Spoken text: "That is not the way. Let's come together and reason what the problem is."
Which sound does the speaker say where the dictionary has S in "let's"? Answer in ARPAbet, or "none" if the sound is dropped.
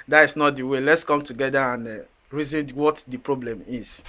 S